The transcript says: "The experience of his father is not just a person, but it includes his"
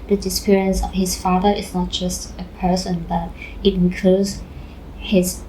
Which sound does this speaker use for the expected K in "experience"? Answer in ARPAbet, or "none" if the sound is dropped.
none